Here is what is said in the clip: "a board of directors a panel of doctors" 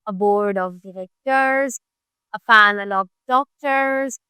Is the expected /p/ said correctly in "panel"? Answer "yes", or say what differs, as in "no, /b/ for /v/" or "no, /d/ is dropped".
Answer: no, /f/ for /p/